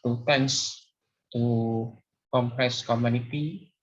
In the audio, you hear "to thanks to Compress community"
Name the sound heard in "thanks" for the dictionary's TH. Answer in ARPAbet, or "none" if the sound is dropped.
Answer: T